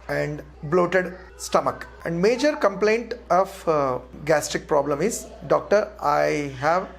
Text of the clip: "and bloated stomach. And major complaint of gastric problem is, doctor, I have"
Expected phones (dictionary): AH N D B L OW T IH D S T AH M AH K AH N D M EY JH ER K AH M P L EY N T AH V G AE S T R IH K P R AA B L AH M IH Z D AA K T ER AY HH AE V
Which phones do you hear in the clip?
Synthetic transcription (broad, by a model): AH N D B L OW T IH D S T AH M AH K AH N D M EY JH ER K AH M P L EY N T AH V G AE S T R IH K P R AA B L AH M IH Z D AA K T ER AY HH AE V